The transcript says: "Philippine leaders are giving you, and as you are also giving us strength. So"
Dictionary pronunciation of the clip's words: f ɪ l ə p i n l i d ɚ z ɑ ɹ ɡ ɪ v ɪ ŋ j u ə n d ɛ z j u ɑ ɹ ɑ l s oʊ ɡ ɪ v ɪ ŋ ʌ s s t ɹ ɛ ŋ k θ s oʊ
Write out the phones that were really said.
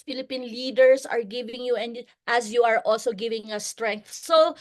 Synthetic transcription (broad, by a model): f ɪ l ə p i n l i d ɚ s ɑ ɹ ɡ ɪ v ɪ ŋ j u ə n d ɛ s j u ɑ ɹ ɑ l s oʊ ɡ ɪ v ɪ ŋ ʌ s s t ɹ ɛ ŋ k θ s oʊ